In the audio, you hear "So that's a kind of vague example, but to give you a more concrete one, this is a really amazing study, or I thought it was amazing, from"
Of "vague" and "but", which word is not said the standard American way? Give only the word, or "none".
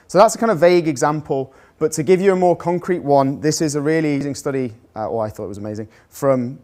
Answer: none